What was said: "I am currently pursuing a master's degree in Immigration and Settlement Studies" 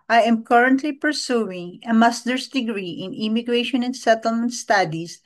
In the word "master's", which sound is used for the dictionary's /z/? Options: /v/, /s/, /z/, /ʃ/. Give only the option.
/s/